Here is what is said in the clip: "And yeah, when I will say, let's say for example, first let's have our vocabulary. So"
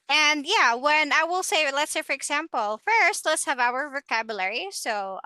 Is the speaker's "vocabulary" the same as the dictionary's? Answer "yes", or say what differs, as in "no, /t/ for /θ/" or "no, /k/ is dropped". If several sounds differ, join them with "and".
yes